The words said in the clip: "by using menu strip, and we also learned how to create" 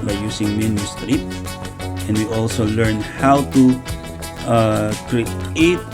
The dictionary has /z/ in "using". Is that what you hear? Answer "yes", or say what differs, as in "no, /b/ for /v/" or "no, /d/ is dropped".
no, /s/ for /z/